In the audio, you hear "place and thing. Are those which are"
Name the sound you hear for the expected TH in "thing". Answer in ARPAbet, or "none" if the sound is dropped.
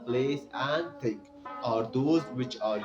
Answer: T